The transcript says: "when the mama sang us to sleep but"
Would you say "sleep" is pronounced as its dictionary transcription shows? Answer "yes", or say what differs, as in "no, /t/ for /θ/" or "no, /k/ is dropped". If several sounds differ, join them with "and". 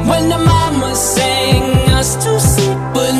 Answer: no, /l/ is dropped